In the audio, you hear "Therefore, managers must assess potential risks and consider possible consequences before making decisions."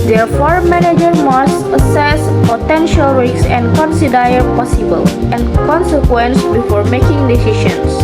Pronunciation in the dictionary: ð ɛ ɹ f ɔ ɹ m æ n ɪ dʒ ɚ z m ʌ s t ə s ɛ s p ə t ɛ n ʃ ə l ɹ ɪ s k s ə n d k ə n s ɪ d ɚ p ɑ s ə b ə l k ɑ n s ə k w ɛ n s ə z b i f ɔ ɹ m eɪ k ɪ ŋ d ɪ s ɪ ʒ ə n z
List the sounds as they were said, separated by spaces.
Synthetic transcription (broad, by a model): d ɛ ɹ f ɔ ɹ m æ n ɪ dʒ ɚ m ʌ s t ə s ɛ s p ə t ɛ n ʃ ə l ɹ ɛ k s ə n d k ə n s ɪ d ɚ p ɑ s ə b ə l k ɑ n s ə k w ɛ n s b i f ɔ ɹ m eɪ k ɪ ŋ d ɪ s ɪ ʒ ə n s